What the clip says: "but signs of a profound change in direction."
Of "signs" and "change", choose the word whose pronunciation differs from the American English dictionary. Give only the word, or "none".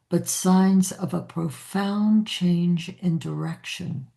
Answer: none